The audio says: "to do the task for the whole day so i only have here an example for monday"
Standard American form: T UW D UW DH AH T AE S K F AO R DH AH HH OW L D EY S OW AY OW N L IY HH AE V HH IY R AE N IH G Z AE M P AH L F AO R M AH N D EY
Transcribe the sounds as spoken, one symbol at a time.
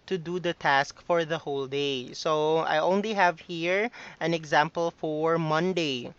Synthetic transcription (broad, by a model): T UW D UW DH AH T AE S K F AO R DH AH HH OW L D EY S OW AY OW N L IY HH AE V HH IY R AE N IH G Z AE M P AH L F AO R M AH N D EY